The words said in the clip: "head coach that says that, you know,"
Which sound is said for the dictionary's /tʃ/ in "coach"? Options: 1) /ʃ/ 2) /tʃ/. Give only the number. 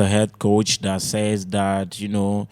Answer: 2